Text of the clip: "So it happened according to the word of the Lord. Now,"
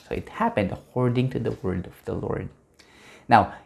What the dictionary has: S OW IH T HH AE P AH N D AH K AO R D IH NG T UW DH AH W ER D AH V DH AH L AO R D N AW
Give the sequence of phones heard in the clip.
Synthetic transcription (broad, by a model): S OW IH T HH AE P AH N D AH K AO R D IH NG T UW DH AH W ER D AH V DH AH L AO R D N AW